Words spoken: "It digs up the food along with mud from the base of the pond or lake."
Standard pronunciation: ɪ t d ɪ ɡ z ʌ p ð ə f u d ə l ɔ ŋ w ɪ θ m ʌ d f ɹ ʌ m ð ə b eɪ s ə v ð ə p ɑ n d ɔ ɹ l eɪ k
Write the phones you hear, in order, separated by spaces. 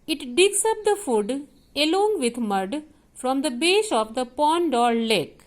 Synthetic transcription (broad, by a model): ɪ t d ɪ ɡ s ʌ p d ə f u d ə l ɔ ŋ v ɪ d m ʌ d f ɹ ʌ m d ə b eɪ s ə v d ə p ɑ n d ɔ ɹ l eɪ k